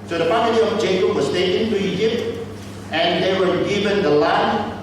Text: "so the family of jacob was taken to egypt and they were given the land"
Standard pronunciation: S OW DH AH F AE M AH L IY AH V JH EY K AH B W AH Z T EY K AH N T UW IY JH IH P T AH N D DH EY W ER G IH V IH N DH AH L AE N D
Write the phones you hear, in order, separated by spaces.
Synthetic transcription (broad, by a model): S OW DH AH P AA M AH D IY AH V JH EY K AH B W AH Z T EY K AH N T UW IY JH IH P T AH N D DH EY W ER G IH V IH N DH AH L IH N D